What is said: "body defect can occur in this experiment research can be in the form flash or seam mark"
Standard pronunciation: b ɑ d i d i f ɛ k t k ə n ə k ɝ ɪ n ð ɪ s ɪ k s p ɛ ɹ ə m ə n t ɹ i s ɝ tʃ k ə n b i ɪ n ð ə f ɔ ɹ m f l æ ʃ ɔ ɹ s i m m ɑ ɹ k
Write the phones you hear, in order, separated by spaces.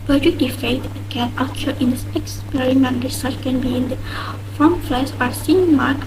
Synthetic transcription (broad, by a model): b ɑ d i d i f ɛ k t k ə n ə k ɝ ɪ n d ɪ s ɪ k s p ɛ ɹ ə m ə n t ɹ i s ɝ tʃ k ə n b i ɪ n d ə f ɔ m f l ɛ s ɔ ɹ s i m m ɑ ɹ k